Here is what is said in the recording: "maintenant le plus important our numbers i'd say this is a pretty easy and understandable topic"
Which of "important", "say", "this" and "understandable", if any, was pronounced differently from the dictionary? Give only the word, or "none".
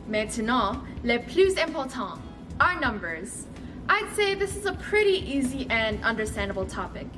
important